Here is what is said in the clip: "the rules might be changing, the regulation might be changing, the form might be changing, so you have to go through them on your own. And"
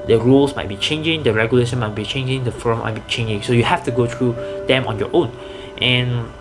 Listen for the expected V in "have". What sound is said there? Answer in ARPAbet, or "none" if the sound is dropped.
F